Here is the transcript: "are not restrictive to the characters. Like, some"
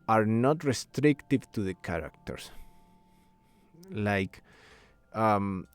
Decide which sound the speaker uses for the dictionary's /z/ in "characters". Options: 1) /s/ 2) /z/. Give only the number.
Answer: 1